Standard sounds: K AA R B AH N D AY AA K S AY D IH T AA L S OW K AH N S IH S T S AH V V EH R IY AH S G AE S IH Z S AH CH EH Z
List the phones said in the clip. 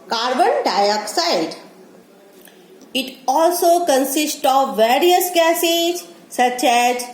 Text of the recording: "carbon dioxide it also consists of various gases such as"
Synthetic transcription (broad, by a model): K AA R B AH N D AY AA K S AY D IH T AA L S OW K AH N S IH S T AH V V EH R IY AH S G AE S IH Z S AH CH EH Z